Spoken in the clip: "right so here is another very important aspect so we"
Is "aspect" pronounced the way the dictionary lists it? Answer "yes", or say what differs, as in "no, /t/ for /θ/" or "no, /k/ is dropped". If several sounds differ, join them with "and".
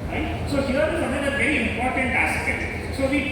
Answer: no, /k/ is dropped